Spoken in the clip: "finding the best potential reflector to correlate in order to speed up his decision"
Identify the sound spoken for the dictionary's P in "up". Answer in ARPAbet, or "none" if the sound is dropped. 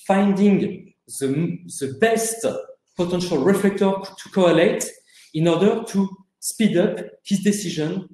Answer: P